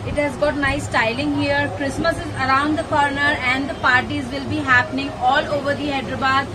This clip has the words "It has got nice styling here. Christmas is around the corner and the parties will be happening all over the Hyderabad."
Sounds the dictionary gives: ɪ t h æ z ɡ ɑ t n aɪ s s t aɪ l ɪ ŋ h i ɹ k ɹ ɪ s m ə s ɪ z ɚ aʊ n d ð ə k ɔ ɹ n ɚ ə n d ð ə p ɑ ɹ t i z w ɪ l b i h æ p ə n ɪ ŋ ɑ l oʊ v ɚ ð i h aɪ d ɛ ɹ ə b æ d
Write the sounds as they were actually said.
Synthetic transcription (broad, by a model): ɪ t h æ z ɡ ɑ t n aɪ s s t aɪ l ɪ ŋ h i ɹ k ɹ ɪ s m ə s ɪ z ɚ aʊ n d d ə k ɔ ɹ n ɚ ə n d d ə p ɑ ɹ t i z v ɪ l b i h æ p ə n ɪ ŋ ɑ l oʊ v ɚ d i h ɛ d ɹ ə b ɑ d